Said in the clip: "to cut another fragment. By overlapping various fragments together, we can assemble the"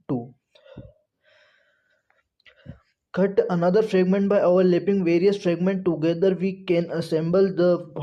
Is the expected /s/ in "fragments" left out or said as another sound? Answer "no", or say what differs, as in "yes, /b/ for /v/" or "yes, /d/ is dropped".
yes, /s/ is dropped